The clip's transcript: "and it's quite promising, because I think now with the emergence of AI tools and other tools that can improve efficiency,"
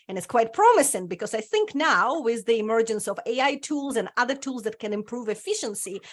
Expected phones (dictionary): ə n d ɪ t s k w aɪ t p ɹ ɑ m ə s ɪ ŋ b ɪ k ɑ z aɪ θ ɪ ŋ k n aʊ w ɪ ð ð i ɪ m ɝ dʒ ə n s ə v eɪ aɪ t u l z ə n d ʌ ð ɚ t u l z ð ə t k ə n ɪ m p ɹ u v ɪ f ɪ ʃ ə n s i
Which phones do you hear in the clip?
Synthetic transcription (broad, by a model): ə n ɪ t s k w aɪ t p ɹ ɑ m ə s ɪ ŋ b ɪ k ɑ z aɪ θ ɪ ŋ k n aʊ w ɪ ð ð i ɪ m ɝ dʒ ə n s ə v eɪ aɪ t u l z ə n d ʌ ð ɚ t u l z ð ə t k ə n ɪ m p ɹ u v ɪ f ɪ ʃ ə n s i